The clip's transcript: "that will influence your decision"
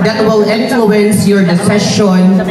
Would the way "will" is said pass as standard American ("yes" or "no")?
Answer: yes